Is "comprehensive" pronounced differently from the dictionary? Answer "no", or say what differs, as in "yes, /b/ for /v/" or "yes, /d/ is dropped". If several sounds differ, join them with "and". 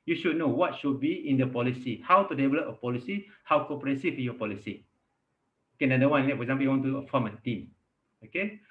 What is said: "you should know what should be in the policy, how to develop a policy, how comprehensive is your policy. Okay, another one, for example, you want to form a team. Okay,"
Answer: yes, /m/ is dropped and /ɹ/ is dropped